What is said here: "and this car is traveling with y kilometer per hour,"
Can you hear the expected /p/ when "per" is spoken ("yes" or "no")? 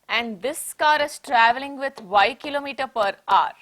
yes